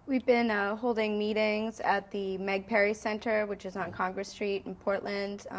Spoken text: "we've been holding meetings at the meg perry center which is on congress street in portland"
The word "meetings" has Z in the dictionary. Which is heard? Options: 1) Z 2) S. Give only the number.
1